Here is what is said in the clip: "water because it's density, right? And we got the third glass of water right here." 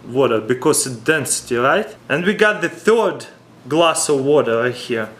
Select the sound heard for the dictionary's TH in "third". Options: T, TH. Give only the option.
TH